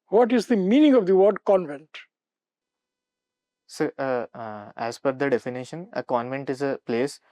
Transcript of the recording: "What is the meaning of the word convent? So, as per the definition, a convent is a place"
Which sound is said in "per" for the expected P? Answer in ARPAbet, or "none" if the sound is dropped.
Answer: F